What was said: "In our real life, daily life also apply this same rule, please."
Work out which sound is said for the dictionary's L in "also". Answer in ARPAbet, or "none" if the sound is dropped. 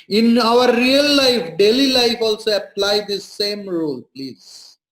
L